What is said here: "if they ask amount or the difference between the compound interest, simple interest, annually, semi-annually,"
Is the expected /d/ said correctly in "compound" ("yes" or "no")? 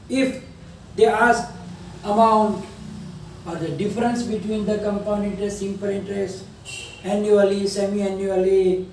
no